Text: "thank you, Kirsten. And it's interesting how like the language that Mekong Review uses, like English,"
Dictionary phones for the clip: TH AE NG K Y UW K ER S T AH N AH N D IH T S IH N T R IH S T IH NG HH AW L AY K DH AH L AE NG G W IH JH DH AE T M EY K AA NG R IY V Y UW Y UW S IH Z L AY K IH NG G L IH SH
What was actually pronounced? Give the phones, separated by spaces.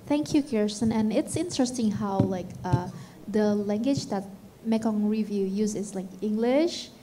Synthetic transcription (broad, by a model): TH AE NG K Y UW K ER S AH N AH N IH T S IH N T R IH S T IH NG HH AW L AY K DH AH L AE NG G W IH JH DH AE T M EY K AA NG R IY V Y UW Y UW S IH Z L AY K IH NG G L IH SH